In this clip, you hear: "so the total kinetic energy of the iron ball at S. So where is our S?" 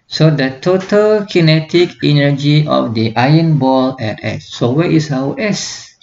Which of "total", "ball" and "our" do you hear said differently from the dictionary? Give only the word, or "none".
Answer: our